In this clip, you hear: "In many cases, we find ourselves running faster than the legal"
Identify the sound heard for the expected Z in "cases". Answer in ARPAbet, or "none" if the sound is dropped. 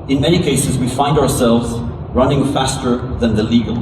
Z